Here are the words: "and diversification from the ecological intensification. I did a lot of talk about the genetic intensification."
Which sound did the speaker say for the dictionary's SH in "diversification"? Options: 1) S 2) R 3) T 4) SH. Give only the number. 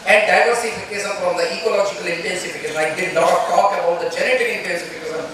1